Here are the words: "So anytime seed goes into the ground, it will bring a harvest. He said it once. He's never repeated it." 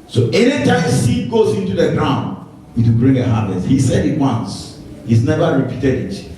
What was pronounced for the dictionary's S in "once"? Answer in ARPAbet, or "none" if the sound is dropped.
S